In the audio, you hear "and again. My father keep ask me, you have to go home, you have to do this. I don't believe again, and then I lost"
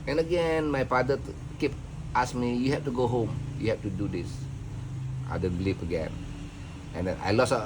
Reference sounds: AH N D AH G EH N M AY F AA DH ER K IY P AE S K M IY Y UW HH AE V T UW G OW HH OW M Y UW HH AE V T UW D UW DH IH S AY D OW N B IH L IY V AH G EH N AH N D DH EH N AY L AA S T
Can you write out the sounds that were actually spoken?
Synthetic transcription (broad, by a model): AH N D AH G EH N M AY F AA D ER K IY P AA S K M IY Y UW HH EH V T UW G OW HH OW M Y UW HH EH F T UW D UW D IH S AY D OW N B L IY P AH G EH N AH N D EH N AY L AA S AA